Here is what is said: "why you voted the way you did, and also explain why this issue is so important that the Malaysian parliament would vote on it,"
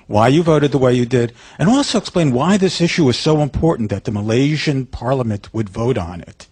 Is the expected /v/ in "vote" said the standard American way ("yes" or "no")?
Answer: yes